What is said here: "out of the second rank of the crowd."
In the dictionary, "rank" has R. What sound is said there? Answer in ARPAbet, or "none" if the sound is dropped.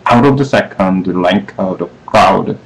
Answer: L